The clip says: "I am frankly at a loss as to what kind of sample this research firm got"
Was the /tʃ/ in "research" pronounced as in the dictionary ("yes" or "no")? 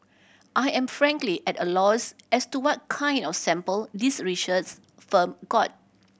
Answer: no